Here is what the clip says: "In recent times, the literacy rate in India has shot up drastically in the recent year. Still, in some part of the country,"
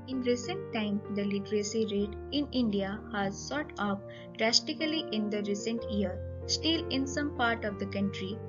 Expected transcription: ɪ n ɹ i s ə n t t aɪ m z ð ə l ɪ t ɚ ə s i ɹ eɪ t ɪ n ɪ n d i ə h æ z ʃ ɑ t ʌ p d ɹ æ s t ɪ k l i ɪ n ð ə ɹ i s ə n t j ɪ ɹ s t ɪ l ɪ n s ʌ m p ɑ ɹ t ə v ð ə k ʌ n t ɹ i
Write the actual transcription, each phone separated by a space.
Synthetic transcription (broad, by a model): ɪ n ɹ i s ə n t t aɪ m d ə l ɪ t ɚ ə s i ɹ eɪ t ɪ n ɪ n d i ə h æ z s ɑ t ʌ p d ɹ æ s t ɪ k l i ɪ n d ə ɹ i s ə n t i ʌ ɹ s t ɪ l ɪ n s ʌ m p ɑ ɹ t ə v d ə k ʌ n t ɹ i